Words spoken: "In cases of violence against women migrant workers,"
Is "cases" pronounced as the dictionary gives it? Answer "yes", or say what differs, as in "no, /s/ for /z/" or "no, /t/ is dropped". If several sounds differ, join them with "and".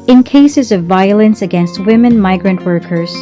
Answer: yes